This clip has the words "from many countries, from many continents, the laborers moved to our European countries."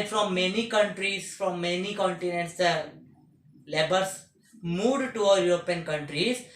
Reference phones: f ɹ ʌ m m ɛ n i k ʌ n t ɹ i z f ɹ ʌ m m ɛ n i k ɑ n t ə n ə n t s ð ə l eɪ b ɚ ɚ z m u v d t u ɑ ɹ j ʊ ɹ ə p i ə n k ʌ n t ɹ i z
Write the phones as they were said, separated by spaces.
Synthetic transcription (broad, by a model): f ɹ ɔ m m ɛ n i k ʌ n t ɹ i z f ɹ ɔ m m ɛ n i k ɑ n t ə n ə n t s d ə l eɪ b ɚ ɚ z m u d t u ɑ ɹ j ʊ ɹ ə p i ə n k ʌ n t ɹ i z